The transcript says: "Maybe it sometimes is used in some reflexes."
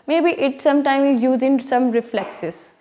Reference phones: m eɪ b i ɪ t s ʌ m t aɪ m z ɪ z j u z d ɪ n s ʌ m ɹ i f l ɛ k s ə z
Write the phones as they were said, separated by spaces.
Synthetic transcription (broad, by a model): m eɪ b i ɪ t s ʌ m t aɪ m ɪ z j u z ɪ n s ʌ m ɹ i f l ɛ k s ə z